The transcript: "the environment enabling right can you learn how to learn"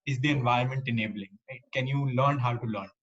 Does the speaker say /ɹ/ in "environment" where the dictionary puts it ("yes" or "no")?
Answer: no